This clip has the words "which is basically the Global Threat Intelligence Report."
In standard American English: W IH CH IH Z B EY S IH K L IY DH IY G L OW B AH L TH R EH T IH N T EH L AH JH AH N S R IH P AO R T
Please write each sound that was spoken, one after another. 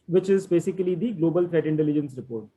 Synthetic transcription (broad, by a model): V IH CH IH Z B EY S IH K L IY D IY G L OW B AH L F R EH T IH N T EH L AH JH AH N S R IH P AO R T